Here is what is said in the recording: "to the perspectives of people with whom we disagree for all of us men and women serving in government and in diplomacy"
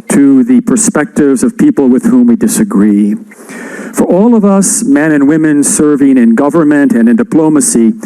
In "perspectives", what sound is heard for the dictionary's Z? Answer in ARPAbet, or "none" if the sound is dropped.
Z